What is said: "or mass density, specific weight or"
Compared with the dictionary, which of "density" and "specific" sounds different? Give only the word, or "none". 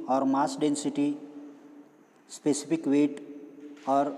specific